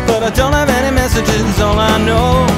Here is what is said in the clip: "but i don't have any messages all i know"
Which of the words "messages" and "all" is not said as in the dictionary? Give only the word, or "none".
all